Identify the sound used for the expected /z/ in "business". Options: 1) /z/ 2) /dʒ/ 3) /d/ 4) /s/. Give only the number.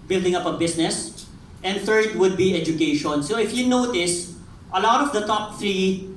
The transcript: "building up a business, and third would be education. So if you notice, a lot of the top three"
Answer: 4